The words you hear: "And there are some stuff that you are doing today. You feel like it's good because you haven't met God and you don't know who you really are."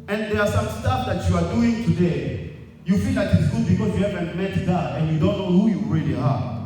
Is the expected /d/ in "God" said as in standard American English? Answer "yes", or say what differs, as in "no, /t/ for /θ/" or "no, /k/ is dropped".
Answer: no, /d/ is dropped